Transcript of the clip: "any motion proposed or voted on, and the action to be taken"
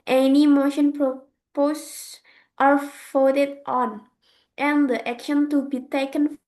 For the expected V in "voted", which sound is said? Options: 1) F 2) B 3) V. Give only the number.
1